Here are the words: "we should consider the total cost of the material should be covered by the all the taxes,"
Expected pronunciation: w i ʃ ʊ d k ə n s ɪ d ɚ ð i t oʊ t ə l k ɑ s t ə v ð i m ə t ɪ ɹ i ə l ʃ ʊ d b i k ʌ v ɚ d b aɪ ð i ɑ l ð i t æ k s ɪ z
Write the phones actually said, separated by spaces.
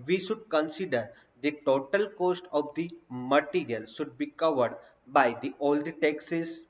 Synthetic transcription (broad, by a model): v i ʃ ʊ d k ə n s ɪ d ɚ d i t oʊ t ə l k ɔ s t ə v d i m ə t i ɹ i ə l ʃ ʊ d b i k ʌ v ɚ d b aɪ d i ɑ l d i t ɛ k s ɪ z